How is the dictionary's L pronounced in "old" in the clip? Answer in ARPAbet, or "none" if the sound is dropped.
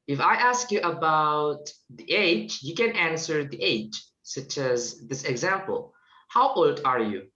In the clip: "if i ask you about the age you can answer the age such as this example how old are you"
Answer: L